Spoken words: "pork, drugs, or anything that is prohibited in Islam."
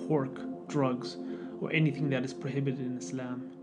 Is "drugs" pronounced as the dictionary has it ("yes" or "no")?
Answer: yes